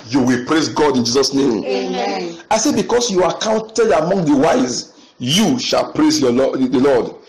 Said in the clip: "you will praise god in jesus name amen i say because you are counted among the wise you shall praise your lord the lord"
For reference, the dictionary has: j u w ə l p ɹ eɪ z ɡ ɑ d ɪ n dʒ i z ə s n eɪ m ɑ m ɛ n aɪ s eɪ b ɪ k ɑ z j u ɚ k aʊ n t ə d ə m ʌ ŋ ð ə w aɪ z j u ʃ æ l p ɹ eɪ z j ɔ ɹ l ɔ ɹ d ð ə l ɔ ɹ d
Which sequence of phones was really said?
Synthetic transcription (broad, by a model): j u w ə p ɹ ɹ eɪ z ɡ ɑ d ɪ n dʒ i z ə s n eɪ m ɑ ɪ s eɪ b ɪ k ɑ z j u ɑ k aʊ n t ə d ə m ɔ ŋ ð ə w aɪ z j u ʃ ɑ l p ɹ eɪ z j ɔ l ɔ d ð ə l ɔ d